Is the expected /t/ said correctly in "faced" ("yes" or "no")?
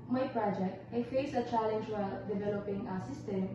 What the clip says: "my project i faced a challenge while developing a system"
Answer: no